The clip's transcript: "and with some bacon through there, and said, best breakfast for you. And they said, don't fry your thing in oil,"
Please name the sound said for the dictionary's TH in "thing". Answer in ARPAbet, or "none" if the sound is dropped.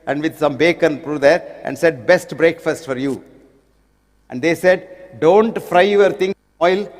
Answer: T